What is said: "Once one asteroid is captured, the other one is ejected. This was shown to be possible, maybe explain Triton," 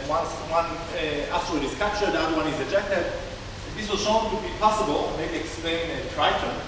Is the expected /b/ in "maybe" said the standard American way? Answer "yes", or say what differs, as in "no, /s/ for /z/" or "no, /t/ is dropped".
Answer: no, /b/ is dropped